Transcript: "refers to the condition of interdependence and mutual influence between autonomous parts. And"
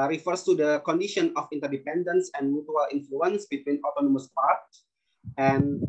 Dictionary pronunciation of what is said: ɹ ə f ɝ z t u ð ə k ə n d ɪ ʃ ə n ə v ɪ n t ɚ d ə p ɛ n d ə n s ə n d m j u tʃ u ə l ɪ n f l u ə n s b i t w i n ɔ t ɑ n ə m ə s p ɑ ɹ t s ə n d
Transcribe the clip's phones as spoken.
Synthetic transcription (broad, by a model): ɹ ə f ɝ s t u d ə k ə n d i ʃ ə n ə f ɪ n t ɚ d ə p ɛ n d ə n s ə n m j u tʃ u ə l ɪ n f l u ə n s b i t w i n ɔ t ɑ n ə m ə s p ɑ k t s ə n